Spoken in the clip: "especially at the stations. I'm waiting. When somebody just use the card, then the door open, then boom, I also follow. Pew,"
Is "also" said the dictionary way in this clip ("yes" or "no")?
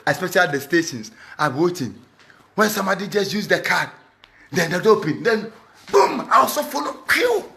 no